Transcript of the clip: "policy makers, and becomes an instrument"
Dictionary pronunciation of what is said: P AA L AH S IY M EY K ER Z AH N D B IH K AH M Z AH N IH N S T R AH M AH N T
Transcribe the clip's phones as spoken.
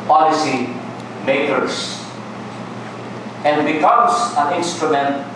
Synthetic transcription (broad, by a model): P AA L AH S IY M EY K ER S AH N D B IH K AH M S AH N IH N S T R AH M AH N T